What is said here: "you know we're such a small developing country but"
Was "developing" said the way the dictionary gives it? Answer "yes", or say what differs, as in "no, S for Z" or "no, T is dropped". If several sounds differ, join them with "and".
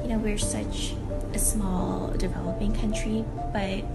yes